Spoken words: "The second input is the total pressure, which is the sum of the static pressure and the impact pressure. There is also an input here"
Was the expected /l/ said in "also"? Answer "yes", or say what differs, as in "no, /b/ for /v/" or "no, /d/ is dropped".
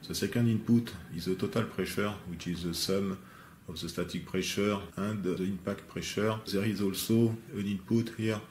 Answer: yes